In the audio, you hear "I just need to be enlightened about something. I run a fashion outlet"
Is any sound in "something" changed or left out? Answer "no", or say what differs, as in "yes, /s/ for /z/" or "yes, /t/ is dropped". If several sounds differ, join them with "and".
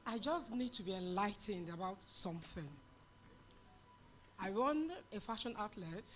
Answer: no